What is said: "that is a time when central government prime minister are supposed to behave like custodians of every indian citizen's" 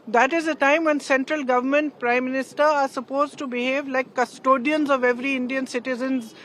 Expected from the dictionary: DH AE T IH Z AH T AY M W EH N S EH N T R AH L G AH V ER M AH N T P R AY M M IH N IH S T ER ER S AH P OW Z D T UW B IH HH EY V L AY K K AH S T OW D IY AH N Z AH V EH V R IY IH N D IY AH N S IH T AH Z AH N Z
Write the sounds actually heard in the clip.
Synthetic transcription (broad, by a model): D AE T IH Z AH T AY M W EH N S EH N T R AH L G AH V ER M AH N T P R AY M M IH N IH S T ER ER S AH P OW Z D T UW B IH HH EY V L AY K K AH S T OW D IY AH N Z AH V EH V R IY IH N D IY AH N S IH T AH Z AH N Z